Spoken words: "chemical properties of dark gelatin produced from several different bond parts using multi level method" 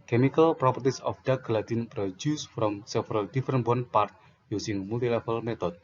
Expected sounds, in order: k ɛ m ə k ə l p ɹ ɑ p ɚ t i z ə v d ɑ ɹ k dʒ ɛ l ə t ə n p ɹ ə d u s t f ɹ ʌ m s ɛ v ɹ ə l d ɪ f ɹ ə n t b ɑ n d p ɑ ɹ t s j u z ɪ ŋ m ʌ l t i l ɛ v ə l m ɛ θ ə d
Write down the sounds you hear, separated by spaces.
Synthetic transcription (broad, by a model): k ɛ m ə k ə l p ɹ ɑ p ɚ t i s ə f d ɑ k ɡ l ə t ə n p ɹ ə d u s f ɹ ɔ m s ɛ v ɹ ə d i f ɹ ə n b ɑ n p ɑ ɹ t j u s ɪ ŋ m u l t i l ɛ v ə l m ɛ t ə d